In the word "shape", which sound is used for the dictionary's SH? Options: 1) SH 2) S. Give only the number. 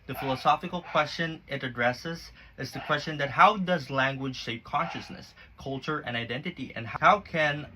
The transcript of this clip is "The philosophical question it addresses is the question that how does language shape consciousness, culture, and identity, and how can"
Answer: 2